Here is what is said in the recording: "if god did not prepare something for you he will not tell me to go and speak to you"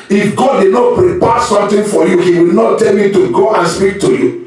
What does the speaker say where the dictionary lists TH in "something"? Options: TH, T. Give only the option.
T